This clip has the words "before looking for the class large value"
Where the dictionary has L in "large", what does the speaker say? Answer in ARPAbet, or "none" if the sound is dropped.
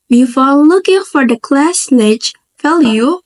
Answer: N